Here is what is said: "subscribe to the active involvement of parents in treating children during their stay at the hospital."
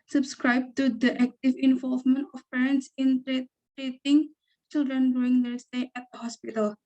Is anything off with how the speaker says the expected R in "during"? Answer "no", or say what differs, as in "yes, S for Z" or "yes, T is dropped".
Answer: yes, R is dropped